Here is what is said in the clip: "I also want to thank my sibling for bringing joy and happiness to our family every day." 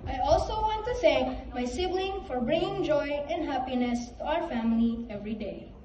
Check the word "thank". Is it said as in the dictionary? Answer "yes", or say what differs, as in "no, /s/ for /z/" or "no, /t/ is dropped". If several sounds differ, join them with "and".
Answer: no, /s/ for /θ/